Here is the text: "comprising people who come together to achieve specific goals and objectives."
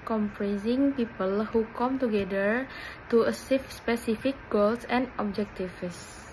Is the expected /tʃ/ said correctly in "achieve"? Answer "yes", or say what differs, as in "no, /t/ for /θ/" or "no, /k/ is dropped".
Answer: no, /s/ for /tʃ/